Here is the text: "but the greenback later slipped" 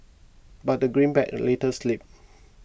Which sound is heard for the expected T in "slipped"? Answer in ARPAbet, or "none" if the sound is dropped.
none